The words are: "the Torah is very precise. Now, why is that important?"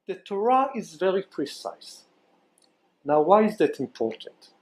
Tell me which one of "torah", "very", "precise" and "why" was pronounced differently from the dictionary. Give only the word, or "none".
none